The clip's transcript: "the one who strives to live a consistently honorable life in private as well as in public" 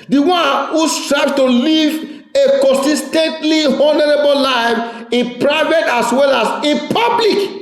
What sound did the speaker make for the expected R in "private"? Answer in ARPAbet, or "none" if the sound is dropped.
R